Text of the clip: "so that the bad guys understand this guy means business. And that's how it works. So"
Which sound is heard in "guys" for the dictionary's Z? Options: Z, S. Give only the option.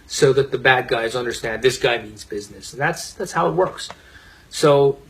Z